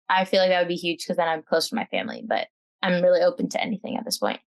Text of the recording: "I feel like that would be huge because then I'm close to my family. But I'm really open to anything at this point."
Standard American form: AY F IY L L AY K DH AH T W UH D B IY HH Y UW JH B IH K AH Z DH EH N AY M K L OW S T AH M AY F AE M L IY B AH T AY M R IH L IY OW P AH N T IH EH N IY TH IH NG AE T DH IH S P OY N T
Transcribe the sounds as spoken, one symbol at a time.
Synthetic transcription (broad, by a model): AY F IY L L AY K DH AH T W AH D B IY HH Y UW JH K AH Z DH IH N AY M K L OW S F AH M AY F AE M L IY B AH T AY M R IH L IY OW P AH N T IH EH N IY TH IH NG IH T DH IH S P OY N T